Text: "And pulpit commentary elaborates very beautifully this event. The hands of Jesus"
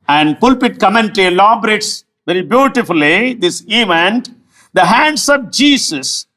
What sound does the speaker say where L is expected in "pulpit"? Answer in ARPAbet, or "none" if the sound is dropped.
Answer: L